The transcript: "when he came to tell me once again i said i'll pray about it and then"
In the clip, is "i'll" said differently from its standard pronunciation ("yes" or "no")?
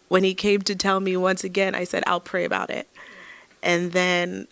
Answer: no